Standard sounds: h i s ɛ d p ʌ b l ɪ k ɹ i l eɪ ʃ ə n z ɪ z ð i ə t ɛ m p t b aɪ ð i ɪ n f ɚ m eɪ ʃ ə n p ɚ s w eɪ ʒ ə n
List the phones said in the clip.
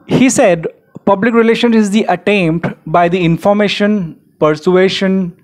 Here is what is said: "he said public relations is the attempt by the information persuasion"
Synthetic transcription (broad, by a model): h i s ɛ d p ʌ b l ɪ k ɹ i l eɪ ʃ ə n ɪ z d i ə t ɛ m p t b aɪ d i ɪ n f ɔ m eɪ ʃ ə n p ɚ s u eɪ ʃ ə n